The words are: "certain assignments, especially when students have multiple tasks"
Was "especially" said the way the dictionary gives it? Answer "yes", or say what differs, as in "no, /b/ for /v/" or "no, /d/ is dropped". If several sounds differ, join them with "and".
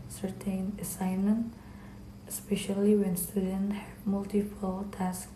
yes